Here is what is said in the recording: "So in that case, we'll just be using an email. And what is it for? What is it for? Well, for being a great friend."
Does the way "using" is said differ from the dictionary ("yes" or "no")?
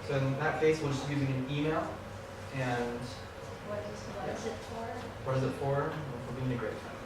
no